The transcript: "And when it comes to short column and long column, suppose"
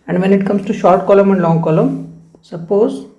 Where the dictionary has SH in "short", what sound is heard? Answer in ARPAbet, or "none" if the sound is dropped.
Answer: SH